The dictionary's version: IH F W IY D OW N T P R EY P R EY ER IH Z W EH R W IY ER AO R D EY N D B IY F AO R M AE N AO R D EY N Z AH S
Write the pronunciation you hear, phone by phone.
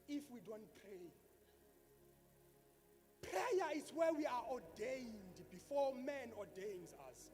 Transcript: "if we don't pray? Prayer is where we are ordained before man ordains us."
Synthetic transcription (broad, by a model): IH F W IY D OW N T P R EY P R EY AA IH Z W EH W IY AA AO D EY N D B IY F AO M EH N AO D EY N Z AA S